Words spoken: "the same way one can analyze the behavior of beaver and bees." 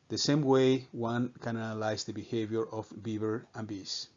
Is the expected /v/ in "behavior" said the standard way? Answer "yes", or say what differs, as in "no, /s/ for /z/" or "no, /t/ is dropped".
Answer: yes